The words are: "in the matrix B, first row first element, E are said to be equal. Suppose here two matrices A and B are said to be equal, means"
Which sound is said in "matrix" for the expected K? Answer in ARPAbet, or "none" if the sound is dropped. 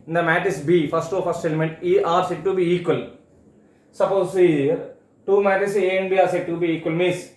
none